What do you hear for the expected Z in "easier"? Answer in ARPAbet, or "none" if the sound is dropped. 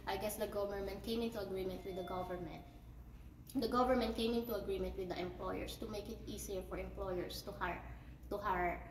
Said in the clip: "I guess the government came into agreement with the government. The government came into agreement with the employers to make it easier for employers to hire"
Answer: S